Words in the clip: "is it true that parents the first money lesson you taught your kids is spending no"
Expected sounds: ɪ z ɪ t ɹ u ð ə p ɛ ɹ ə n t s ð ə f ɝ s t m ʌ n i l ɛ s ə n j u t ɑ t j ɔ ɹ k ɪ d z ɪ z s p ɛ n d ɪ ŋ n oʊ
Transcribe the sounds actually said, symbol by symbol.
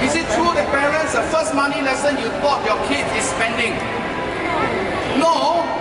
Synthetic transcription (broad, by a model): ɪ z ɪ t ɹ u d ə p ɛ ɹ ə n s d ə f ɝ s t m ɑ n i l ɛ s ə n j u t ɑ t j ɔ k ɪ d ɪ s p ɛ n d ɪ ŋ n oʊ